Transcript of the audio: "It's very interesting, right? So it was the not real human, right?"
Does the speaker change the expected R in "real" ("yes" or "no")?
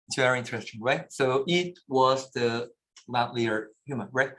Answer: yes